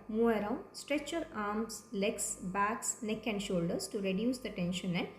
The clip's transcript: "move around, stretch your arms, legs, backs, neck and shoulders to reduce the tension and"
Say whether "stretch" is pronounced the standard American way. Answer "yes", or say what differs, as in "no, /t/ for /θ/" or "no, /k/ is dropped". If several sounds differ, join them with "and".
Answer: yes